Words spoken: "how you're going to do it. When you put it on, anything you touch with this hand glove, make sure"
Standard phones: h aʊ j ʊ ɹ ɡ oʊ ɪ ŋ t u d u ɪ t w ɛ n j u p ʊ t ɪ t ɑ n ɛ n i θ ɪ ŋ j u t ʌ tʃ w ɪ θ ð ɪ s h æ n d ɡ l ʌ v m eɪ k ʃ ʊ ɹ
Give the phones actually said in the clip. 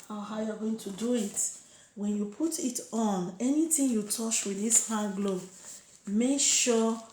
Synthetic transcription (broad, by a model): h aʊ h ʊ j ɡ oʊ ɪ ŋ t u d u ɪ t w ɛ n j u p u t ɪ t ɑ n ɛ n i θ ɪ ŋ j u t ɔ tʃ w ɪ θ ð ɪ s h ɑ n ɡ l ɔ b m eɪ k ʃ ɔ